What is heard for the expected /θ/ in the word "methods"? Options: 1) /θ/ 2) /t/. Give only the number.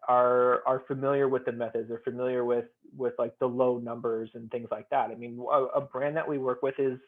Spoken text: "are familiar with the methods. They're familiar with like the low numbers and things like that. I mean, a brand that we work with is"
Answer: 1